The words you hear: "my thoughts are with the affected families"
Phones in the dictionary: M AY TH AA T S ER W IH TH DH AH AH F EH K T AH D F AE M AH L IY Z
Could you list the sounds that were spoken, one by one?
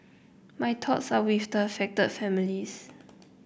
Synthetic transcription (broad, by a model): M AY T AA T S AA W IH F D AH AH F EH K T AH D F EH M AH L IY S